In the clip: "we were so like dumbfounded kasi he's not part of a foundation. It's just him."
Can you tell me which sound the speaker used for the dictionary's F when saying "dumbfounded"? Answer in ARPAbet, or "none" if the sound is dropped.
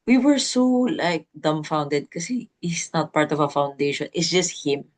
F